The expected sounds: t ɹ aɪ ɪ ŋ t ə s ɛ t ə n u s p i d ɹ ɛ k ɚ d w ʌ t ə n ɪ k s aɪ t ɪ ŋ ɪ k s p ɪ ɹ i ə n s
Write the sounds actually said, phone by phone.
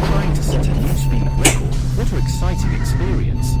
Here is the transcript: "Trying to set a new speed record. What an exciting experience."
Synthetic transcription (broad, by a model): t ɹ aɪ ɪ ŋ t ə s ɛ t ə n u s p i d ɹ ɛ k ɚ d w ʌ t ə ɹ ɪ k s aɪ t ɪ ŋ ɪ k s p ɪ ɹ i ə n s